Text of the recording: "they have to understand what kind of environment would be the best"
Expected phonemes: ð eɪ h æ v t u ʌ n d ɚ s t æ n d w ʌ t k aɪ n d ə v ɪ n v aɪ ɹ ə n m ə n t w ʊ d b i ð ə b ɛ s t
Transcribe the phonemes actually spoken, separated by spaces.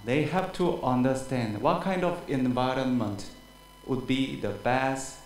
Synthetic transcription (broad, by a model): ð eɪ h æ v t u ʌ n d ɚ s t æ n d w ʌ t k aɪ n d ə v ɪ n v aɪ ɹ ə n m ə n t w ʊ d b i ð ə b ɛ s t